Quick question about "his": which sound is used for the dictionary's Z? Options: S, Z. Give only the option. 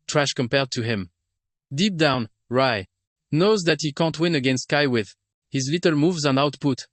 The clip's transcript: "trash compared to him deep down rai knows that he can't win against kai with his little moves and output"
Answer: Z